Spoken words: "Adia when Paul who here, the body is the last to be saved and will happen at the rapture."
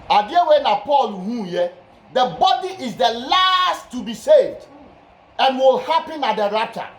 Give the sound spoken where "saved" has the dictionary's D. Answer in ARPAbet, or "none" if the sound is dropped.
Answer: D